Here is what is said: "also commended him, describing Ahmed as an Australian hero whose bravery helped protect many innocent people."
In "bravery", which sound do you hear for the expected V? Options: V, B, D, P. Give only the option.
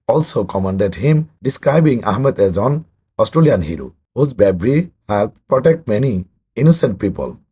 B